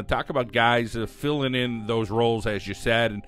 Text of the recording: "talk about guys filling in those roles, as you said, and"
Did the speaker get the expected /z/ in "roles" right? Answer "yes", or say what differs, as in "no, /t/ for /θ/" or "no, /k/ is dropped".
yes